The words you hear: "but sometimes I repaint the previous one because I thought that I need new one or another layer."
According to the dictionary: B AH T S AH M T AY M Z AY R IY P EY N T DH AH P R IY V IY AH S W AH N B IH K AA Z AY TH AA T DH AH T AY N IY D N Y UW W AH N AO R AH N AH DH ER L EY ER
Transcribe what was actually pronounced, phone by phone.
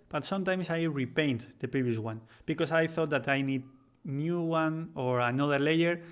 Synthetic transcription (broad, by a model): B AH T S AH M T AY M S AY R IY P EY N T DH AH P R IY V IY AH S W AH N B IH K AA S AY TH AA T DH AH T AY N IY D N Y UW W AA N AO R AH N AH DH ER L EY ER